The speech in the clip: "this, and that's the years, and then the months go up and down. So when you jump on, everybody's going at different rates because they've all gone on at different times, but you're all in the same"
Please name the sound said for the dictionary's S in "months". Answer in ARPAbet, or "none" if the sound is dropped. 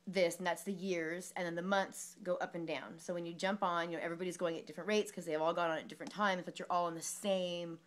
S